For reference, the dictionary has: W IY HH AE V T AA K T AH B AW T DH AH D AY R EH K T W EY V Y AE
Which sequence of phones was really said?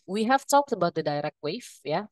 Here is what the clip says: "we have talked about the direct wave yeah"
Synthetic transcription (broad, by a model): W IY HH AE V T AA K T AH B AW T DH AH D AY R EH K T W EY F Y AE